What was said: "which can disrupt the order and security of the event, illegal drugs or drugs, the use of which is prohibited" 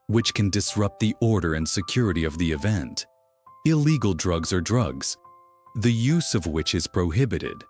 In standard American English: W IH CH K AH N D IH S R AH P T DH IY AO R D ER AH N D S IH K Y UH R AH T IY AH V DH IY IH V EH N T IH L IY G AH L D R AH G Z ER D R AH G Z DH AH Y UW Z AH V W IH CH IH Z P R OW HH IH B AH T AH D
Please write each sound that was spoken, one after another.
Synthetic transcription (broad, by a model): W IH CH K AH N D IH S R AH P T DH IY AO R D ER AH N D S IH K Y UH R AH T IY AH V DH IY IH V EH N T IH L IY G L D R AH G Z ER D R AH G Z DH AH Y UW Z AH V W IH CH IH Z P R OW HH IH B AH T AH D